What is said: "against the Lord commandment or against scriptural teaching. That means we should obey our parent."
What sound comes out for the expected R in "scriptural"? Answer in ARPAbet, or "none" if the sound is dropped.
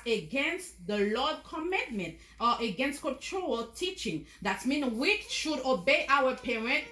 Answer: none